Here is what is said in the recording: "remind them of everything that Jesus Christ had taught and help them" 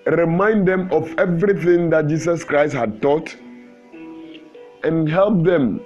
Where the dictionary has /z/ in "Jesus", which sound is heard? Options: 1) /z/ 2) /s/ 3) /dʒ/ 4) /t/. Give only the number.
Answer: 2